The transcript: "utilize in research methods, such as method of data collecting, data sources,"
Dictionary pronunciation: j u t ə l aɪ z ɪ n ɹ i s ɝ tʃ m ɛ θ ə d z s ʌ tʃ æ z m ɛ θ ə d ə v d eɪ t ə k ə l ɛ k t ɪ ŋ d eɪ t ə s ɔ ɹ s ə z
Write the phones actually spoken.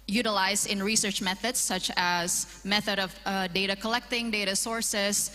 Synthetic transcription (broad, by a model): j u t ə l aɪ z ɪ n ɹ i s ɝ tʃ m ɛ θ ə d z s ʌ tʃ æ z m ɛ θ ə d ə v d eɪ t ə k ə l ɛ k t ɪ ŋ d eɪ t ə s ɔ ɹ s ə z